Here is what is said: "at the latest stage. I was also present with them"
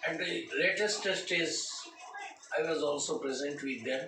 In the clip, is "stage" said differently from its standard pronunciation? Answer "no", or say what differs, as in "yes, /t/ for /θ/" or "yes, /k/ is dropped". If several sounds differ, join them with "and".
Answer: yes, /z/ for /dʒ/